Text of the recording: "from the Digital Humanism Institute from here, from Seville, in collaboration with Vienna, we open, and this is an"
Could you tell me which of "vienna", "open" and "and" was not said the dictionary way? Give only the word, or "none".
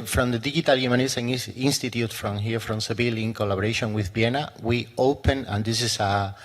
vienna